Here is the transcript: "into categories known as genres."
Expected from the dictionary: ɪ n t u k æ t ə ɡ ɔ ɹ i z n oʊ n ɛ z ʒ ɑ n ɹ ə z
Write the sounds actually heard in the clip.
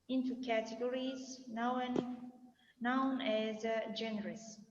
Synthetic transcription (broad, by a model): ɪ n t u k æ t ə ɡ ɔ ɹ i z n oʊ n ɛ z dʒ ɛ n ɹ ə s